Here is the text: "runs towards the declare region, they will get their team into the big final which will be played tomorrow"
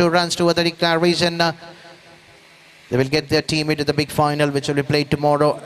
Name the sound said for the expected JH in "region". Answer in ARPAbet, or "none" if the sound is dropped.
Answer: Z